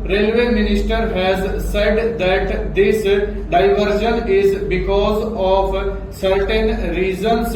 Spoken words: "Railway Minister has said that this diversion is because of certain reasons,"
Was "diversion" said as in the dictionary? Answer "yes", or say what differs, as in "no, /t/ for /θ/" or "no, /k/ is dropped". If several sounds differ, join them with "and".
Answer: no, /ʃ/ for /ʒ/